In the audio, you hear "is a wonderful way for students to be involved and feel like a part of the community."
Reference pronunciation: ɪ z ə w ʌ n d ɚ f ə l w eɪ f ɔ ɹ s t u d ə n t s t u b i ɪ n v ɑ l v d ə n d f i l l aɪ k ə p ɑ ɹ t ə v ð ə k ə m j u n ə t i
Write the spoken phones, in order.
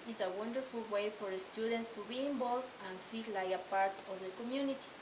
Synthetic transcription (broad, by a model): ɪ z ə w ʌ n d ɚ f ə l w eɪ f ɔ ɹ s t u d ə n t s t u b i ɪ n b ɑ l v ə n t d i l l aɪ ə p ɑ ɹ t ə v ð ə k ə m j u n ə t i